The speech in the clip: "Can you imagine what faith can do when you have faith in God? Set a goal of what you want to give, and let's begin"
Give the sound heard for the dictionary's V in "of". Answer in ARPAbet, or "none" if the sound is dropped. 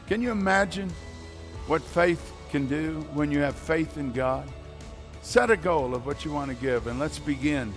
V